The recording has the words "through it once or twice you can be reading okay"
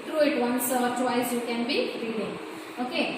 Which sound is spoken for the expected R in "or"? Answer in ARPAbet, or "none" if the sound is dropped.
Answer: L